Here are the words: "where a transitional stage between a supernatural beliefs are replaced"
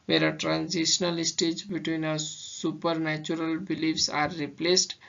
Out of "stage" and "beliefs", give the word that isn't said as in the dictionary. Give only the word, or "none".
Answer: none